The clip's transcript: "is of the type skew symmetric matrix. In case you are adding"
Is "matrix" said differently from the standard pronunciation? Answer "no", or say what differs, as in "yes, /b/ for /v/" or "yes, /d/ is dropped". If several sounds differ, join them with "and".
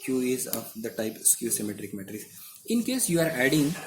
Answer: yes, /k/ is dropped